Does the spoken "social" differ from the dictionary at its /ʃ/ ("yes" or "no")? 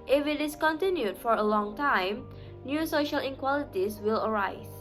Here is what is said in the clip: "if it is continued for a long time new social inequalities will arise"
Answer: no